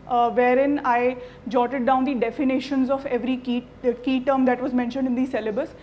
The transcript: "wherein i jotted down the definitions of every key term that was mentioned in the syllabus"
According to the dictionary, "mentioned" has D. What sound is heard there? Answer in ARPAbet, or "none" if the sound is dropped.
D